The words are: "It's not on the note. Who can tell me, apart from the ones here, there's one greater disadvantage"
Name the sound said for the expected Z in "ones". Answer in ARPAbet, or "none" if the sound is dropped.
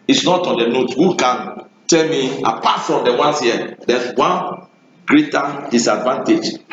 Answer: S